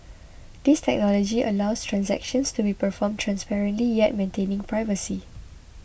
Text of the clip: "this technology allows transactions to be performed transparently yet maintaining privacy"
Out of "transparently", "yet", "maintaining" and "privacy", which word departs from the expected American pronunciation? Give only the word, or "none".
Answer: none